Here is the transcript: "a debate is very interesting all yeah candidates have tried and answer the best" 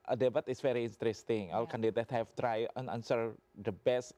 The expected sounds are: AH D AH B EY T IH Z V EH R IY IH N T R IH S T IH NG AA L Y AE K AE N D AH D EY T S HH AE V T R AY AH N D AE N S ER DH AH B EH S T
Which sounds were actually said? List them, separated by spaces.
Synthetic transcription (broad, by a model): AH D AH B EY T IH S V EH R IY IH N T R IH S T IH NG AA L K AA N D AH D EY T HH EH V T R AY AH N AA N S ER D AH B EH S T